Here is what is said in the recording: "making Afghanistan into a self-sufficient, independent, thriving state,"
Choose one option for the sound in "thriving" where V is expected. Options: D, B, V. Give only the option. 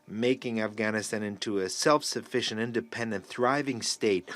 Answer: V